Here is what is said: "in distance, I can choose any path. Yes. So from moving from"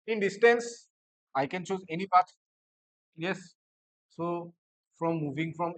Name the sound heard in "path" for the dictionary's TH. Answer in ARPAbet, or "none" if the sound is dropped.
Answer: T